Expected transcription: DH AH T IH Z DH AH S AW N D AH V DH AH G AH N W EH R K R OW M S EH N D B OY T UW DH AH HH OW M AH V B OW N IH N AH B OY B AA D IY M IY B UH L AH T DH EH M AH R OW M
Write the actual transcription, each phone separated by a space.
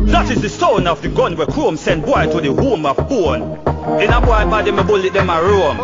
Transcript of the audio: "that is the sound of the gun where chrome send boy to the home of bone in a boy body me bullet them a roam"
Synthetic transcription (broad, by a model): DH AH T IH Z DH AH S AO N AH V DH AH G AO N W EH K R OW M S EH N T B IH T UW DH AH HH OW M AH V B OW N IH N AH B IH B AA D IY M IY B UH L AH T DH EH M AH R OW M